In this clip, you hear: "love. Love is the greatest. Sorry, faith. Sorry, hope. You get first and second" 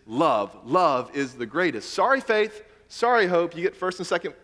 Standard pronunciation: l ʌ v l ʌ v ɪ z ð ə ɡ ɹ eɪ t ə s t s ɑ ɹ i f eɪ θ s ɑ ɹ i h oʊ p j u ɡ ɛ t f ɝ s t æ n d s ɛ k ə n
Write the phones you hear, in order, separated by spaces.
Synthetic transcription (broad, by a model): l ʌ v l ʌ v ɪ z ð ə ɡ ɹ eɪ t ə s t s ɑ ɹ i f eɪ θ s ɑ ɹ i h oʊ p j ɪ ɡ ɛ t f ɝ s t n s ɛ k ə n